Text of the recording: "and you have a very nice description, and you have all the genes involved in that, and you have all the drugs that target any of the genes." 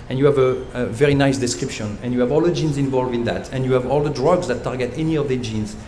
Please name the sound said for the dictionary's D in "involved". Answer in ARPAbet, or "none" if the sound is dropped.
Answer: none